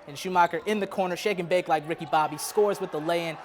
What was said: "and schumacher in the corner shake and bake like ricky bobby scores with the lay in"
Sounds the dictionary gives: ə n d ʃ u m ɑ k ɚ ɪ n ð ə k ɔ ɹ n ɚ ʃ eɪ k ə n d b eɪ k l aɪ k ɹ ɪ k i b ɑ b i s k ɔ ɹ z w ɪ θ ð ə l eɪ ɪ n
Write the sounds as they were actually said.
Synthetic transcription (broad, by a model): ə n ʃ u m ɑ k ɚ ɪ n ð ə k ɔ ɹ n ɚ ʃ eɪ k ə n b eɪ k l aɪ k ɹ ɪ k i b ɑ b i s k ɔ ɹ z w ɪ ð ə l eɪ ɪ n